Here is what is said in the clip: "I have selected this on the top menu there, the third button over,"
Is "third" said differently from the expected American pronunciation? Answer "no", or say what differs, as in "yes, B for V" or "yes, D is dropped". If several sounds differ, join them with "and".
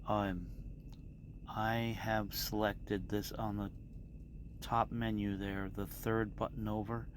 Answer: no